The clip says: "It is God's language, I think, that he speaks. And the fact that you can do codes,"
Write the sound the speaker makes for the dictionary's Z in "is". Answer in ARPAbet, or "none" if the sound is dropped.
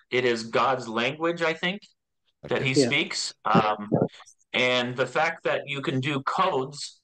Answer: Z